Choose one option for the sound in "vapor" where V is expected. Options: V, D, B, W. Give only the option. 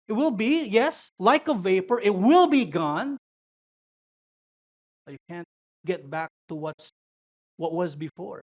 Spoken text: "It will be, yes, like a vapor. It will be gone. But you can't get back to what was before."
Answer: V